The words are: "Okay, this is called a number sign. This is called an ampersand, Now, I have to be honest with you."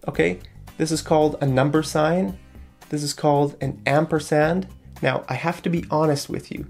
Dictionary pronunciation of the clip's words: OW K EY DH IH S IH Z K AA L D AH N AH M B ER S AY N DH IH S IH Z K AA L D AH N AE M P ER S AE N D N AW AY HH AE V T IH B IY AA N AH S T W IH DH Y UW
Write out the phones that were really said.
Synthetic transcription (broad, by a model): OW K EY DH IH S IH Z K AA L D AH N AH M B ER S AY N DH IH S IH Z K AA L D AH N AE M P ER S AE N D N AW AY HH AE F T IH B IY AA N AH S T W IH DH Y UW